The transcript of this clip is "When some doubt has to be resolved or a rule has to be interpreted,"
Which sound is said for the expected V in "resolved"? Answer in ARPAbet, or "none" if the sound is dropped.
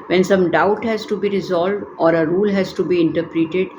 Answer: V